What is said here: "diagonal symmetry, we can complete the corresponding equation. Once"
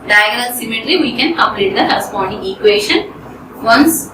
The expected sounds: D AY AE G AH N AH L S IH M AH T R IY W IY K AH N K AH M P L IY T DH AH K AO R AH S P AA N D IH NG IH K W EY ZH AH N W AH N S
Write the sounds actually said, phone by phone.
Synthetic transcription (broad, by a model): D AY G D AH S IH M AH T L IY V IY K AH N K AH M P L IY T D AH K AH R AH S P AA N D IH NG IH K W EY SH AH N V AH N S